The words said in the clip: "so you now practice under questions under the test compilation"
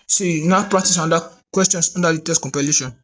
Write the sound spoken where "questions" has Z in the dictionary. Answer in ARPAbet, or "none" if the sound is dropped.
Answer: S